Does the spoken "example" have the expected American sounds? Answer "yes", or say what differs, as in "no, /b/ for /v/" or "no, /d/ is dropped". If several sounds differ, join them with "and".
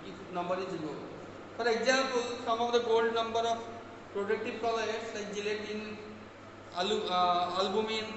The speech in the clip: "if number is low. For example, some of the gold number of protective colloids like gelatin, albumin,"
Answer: no, /m/ is dropped